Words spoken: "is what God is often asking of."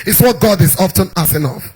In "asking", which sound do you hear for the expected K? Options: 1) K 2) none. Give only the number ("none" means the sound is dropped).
2